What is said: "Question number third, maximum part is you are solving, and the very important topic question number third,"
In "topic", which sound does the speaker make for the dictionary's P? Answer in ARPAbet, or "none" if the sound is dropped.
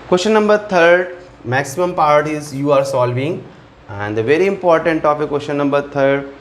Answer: F